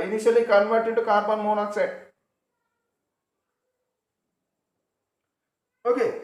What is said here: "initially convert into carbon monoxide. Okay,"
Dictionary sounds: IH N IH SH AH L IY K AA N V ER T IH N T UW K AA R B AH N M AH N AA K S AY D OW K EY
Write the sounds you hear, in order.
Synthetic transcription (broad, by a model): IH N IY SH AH L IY K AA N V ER T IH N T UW K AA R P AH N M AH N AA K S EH OW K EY